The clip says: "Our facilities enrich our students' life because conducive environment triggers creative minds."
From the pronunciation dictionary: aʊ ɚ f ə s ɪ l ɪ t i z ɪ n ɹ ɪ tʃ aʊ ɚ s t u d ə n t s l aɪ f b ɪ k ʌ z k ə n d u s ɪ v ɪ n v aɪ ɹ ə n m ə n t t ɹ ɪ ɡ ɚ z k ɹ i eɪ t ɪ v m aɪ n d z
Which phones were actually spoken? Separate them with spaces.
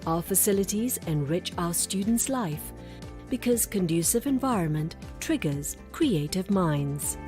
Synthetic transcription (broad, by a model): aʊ ɚ f ə s ɪ l ɪ t i z ɪ n ɹ ɪ tʃ aʊ ɚ s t u d n t s l aɪ f b ɪ k ʌ z k ə n d u s ɪ v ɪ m v aɪ ɹ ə n m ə n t t ɹ ɪ ɡ ɚ z k ɹ i eɪ t ɪ v m aɪ n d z